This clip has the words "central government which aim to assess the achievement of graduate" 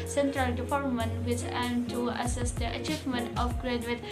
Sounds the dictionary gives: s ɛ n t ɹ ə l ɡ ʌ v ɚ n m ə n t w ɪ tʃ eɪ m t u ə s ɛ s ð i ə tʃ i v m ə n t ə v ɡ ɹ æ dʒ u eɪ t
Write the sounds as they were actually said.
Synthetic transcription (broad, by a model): s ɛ n t ɹ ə l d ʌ p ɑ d m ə n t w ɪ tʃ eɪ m t u ə s ɛ s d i ə tʃ i v m ə n t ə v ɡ ɹ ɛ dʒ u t